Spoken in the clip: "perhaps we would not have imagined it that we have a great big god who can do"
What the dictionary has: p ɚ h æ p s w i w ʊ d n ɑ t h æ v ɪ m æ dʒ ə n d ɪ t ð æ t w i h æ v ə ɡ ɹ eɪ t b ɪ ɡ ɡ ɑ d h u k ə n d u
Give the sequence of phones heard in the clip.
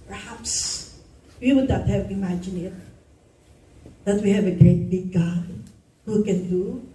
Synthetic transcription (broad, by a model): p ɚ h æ p s w i w ʊ d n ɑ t h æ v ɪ m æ dʒ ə n ɪ t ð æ t w i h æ v ə ɡ ɹ eɪ t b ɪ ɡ ɡ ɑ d h u k ə n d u